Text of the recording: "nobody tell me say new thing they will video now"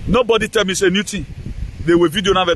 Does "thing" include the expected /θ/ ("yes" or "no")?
no